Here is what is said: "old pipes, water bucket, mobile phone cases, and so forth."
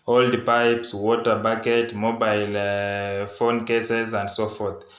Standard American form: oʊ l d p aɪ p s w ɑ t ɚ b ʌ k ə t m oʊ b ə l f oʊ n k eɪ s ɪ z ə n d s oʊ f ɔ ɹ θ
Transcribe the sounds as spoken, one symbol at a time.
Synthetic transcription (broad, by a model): oʊ l d p aɪ p s w ɑ t ɚ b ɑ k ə t m oʊ b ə l f oʊ n k eɪ s ɪ z ə n d s oʊ f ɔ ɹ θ